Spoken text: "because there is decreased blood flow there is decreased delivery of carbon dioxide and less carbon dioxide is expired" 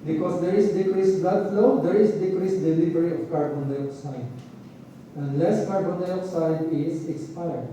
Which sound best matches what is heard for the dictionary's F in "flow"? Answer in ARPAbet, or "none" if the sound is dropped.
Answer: F